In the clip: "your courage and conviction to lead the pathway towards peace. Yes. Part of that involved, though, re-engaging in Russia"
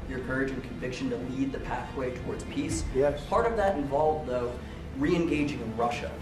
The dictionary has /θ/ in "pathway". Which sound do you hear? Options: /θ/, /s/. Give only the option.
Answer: /θ/